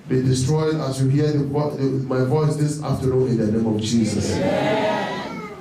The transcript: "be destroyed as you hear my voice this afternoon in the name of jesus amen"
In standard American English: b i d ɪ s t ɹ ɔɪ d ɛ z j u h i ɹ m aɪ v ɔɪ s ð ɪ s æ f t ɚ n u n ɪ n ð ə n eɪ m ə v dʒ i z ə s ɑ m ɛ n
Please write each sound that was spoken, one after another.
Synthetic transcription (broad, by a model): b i d ɪ s t ɹ ɔɪ d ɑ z j u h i w m aɪ v ɔɪ s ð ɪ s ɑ f t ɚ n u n ɪ n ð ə n eɪ m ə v dʒ i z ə s